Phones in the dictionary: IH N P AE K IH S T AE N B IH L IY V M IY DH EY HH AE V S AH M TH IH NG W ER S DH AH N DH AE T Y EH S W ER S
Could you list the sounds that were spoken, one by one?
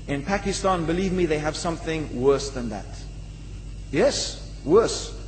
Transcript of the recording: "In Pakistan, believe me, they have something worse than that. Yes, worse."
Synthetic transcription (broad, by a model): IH N P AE K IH S T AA N B IH L IY V M IY DH EY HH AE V S AH M TH IH NG W ER S DH AH N DH AE T Y EH S W ER S